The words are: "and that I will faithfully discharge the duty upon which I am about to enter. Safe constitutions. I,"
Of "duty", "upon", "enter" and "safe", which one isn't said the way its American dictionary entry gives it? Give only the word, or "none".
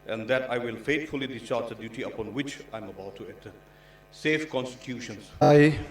enter